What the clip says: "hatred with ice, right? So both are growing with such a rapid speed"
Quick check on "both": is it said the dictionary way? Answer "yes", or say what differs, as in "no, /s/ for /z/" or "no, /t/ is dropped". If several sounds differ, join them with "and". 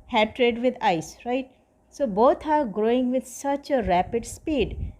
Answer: no, /t/ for /θ/